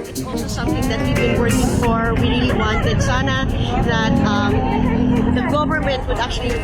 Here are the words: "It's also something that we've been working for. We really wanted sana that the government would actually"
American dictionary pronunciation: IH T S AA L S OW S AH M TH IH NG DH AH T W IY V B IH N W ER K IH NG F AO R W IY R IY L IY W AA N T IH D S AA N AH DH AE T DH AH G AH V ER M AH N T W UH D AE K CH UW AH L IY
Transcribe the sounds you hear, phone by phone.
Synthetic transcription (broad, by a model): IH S AA L S OW S AH M TH IH NG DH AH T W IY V B IH N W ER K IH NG F AO R W IY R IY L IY W AA N T IH D S AA N AH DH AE T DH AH G AH V ER M AH N T W UH D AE K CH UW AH L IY